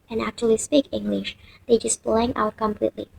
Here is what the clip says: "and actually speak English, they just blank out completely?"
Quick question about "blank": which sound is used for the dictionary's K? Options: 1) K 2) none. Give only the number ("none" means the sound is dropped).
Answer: 2